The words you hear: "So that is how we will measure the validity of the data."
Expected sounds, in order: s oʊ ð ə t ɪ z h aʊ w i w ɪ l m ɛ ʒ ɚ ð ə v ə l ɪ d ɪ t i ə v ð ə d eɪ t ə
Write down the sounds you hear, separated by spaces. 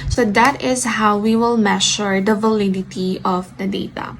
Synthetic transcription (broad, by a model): s oʊ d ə t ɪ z h aʊ w i w ɪ l m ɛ ʃ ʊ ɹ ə v ə l ɪ d ɪ t i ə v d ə d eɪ t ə